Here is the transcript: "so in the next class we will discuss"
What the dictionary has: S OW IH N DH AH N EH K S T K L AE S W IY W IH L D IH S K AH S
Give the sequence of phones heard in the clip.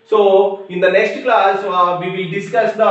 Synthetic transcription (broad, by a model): S OW IH N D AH N EH K S T K L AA S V IY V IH L D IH S K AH S